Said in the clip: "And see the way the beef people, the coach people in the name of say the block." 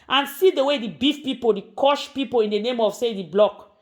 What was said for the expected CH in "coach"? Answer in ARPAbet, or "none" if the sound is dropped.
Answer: SH